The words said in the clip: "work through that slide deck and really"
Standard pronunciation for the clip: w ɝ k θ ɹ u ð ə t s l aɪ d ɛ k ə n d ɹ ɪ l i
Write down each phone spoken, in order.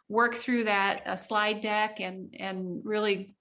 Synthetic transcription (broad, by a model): w ɝ k θ ɹ u ð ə t s l aɪ d ɛ k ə n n ɹ ɪ l i